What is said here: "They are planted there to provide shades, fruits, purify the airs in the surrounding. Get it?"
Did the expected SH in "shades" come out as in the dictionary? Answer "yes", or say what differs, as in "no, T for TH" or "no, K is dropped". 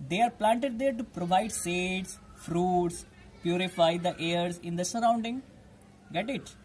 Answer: no, S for SH